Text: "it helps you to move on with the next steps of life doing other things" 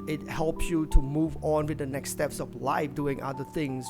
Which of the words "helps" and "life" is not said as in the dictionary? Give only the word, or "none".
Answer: none